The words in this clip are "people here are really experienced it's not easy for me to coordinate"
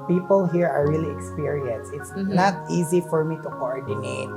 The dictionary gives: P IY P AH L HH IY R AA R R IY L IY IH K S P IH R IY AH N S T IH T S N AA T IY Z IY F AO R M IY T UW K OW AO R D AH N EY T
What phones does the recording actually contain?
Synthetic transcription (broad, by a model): P IY P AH L HH IY R AA R R IY L IY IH K S P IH R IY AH N S IH T S N AA T IY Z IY F AO R M IY T UW K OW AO R D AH N EY T